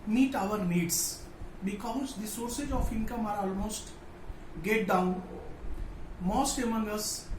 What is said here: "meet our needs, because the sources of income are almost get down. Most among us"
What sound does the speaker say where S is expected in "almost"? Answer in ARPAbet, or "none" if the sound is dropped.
S